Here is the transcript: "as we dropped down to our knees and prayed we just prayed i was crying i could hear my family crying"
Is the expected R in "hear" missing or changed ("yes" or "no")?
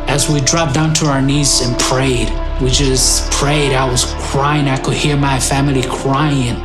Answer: no